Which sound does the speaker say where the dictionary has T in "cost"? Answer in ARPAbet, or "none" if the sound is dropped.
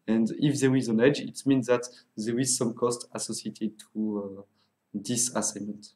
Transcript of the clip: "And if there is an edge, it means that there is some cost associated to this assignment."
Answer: T